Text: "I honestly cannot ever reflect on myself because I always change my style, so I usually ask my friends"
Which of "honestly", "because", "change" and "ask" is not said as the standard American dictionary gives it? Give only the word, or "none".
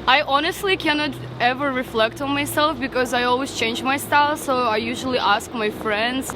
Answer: none